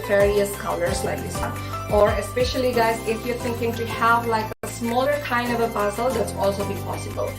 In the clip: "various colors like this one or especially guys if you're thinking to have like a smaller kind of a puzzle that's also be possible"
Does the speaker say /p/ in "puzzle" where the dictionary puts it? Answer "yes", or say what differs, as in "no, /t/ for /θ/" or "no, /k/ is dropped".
no, /b/ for /p/